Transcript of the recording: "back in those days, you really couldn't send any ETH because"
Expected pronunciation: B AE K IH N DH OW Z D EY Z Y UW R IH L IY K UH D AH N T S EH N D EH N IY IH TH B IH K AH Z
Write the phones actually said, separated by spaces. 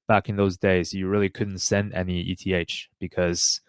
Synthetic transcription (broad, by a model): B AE K IH N DH OW Z D EY Z Y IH R IH L IY K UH D N T S EH N D EH N IY IH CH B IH K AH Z